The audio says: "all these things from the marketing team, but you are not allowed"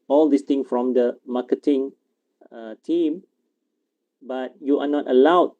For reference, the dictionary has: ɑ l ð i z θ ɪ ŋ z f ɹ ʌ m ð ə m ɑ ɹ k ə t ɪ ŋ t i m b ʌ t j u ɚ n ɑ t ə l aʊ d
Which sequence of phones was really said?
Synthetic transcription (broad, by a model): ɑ l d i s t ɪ ŋ f ɹ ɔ m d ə m ɑ k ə t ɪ ŋ t i m b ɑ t j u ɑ n ɑ t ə l aʊ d